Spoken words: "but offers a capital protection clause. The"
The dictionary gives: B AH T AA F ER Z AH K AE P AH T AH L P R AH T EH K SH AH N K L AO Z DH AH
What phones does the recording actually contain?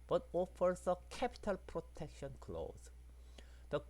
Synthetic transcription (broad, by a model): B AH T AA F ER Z AH K AE P AH T AH L P R AH T EH K SH AH N K L AO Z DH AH